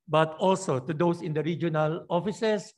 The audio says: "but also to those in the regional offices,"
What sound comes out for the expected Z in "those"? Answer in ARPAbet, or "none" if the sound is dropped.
S